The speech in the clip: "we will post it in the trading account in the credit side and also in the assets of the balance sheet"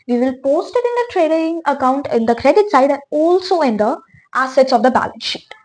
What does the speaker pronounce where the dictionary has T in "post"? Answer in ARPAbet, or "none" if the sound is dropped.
T